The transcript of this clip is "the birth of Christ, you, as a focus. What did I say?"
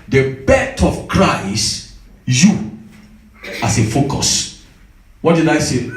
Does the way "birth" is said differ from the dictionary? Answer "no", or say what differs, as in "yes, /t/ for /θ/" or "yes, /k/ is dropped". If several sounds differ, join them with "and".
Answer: yes, /t/ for /θ/